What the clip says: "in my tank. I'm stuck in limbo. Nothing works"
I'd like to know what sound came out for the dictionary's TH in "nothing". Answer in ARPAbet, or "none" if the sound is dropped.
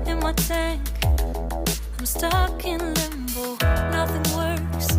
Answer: TH